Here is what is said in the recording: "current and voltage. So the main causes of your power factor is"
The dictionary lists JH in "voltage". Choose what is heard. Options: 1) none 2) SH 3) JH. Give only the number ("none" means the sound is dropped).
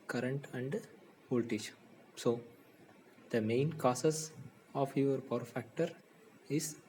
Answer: 2